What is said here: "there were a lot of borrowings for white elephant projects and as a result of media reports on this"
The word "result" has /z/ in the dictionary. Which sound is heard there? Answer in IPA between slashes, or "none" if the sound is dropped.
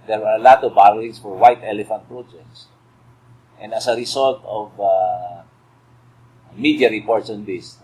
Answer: /s/